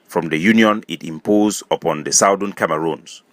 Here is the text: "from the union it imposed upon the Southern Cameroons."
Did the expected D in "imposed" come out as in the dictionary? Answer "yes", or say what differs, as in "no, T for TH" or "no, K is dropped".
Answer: no, D is dropped